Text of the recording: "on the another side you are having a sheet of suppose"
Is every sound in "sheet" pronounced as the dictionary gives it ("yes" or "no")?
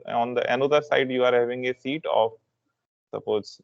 no